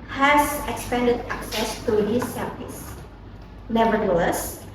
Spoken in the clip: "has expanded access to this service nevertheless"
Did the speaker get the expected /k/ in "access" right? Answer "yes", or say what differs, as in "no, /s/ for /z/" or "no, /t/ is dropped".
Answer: yes